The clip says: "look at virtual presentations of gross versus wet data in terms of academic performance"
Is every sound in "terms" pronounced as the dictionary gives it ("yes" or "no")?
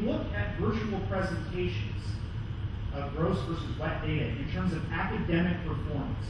yes